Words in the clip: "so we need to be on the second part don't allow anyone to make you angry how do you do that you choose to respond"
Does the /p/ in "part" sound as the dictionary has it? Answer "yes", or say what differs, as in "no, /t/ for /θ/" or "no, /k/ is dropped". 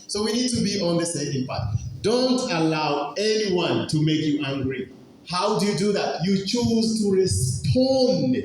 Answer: no, /b/ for /p/